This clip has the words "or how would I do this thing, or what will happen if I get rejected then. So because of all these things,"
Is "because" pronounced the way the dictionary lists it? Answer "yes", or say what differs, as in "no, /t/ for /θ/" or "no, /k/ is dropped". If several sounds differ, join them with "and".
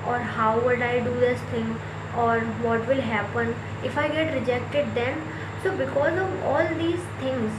yes